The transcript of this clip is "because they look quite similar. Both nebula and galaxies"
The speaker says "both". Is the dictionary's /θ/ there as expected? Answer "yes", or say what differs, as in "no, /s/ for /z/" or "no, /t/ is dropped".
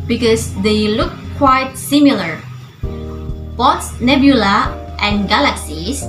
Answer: no, /s/ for /θ/